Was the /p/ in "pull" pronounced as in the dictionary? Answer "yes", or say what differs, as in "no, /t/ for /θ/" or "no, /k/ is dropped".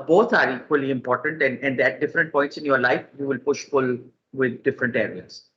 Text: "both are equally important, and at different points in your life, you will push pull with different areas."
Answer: no, /f/ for /p/